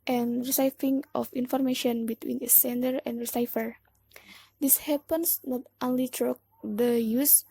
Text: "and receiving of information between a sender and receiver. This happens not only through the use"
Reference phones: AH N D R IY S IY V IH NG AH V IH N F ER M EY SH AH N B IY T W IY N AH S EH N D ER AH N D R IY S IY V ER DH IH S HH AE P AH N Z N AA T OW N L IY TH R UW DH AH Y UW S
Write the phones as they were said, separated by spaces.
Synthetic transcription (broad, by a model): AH N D R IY S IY F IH NG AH F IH N F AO M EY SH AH N B IY T W IY N AH S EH N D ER AH N D R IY S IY F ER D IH S HH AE P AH N S N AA T OW N L IY T R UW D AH Y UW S